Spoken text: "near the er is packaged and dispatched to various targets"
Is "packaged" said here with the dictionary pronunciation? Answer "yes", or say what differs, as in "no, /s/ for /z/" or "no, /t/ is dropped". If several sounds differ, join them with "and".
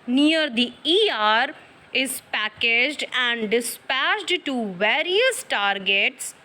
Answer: yes